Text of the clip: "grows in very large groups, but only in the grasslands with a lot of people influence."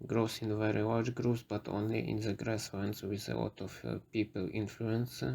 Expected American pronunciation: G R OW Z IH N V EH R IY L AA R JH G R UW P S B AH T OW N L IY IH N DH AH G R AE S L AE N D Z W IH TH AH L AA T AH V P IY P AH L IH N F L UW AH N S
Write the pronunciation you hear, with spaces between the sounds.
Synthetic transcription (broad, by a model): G R OW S IH N V EH R IY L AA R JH G R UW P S B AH T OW N L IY IH N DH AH G R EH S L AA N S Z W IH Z AH W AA T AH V P IY P AH L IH N F L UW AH N S